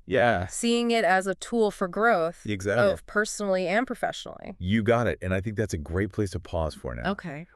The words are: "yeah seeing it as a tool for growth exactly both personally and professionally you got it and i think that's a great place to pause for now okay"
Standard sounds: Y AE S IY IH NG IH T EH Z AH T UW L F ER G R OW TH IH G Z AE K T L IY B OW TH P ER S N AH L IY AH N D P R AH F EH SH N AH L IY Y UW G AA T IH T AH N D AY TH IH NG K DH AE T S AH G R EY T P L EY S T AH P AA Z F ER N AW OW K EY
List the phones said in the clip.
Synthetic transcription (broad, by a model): Y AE S IY IH NG IH T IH Z AH T UW L F ER G R OW TH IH G Z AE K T B OW TH P ER S N L IY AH N P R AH F EH SH N L IY Y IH G AA T IH T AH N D AY TH IH NG K DH AE T S AH G R EY T P L EY S T AH P AA Z F ER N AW OW K EY